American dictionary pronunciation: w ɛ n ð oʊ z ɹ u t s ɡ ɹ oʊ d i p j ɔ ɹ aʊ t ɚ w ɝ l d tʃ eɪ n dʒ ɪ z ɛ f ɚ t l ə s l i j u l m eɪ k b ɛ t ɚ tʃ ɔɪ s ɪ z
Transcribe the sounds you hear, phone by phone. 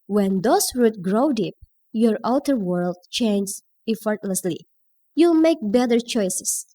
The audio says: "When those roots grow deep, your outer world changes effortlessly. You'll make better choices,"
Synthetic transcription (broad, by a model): w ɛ n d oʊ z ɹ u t ɡ ɹ oʊ d i p j ɔ ɹ aʊ t ɚ w ɝ l d tʃ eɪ n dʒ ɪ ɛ f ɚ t l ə s l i j u l m eɪ k b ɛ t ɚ tʃ ɔɪ s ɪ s